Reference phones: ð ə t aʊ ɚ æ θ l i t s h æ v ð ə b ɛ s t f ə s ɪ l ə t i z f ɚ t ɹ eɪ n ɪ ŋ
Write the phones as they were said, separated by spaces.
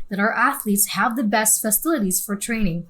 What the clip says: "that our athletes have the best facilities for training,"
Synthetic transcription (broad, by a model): ð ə t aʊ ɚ æ θ l i t s h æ v ð ə b ɛ s t f ə s ɪ l ə t i z f ɚ t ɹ eɪ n ɪ ŋ